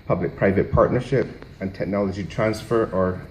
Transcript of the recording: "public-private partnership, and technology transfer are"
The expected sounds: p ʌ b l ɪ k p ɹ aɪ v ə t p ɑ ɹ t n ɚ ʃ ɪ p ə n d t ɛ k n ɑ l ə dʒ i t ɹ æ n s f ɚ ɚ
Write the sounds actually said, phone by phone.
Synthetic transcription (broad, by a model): p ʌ b l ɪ k p ɹ aɪ v ə t p ɑ ɹ t n ɚ ʃ ɪ p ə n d t ɛ k n ɑ l ə dʒ i t ɹ æ n s f ɚ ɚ